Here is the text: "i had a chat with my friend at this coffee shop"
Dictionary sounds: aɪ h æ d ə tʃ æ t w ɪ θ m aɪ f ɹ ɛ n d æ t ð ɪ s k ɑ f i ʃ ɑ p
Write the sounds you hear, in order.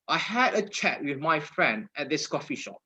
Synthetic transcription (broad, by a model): aɪ h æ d ə tʃ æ t w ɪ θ m aɪ f ɹ ɛ n d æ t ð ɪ s k ɑ f i ʃ ɑ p